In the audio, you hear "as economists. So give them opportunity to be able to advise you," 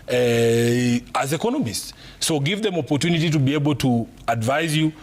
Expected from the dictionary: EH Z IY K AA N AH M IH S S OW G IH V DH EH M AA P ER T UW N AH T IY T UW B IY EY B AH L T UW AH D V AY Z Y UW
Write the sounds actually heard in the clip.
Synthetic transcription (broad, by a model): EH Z IY K AA N AH M IH S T OW G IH V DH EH M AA P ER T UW N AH T IY T UW B IY EY B AH L T UW AH D V AY Z Y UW